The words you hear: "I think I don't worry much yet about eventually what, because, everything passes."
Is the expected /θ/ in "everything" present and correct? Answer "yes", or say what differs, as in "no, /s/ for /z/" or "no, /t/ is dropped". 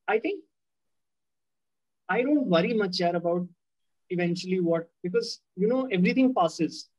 no, /t/ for /θ/